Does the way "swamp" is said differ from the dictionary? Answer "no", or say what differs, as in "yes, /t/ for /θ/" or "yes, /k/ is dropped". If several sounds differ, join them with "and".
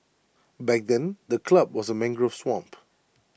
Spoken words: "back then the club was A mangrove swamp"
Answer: no